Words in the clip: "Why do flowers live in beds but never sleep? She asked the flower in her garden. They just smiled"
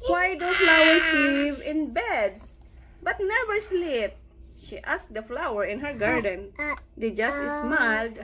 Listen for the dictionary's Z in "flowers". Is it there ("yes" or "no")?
no